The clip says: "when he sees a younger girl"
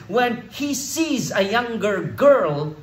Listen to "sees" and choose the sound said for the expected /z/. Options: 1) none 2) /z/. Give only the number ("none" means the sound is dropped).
2